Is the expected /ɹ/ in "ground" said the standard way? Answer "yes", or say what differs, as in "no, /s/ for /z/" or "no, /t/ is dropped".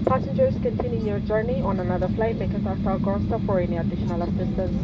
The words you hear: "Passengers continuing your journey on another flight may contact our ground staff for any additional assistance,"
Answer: no, /ɹ/ is dropped